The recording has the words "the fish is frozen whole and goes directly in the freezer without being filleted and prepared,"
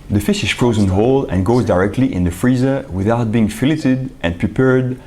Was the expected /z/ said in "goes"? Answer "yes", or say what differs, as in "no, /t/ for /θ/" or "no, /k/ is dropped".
yes